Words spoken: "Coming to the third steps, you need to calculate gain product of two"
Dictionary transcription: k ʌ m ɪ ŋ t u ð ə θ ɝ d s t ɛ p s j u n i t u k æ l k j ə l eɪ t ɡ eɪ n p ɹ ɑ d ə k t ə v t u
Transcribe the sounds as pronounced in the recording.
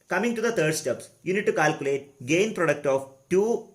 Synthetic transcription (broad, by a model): k ʌ m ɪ ŋ t u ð ə t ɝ d s t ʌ p s j u n i t u k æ l k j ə l eɪ t ɡ eɪ n p ɹ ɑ d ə k t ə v t u